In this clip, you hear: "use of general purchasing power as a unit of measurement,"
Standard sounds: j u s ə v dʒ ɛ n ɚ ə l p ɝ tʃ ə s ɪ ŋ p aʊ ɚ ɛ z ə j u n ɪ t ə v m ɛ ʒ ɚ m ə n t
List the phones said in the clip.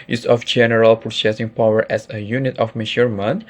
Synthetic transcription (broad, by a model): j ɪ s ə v dʒ ɛ n ɚ ə l p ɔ s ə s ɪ ŋ p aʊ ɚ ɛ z ə j u n ɪ t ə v m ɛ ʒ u m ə n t